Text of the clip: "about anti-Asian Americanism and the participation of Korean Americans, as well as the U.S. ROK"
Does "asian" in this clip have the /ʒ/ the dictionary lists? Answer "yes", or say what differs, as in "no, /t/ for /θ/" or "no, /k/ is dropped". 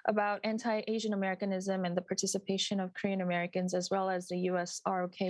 yes